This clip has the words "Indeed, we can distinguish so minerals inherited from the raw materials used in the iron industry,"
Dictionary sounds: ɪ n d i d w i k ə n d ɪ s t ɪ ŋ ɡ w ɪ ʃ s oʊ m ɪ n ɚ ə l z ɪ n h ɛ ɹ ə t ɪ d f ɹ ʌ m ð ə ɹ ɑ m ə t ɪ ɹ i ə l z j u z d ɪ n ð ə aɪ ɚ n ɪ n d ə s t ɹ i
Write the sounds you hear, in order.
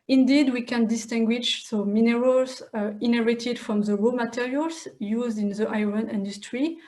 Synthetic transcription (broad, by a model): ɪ n d i d w i k ə n d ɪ s t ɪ ŋ ɡ w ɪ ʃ s oʊ m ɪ n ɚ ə l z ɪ n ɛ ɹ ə t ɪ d f ɹ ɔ m ð ə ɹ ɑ m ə t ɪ ɹ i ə l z j u z d ɪ n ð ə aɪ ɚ n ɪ n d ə s t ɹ i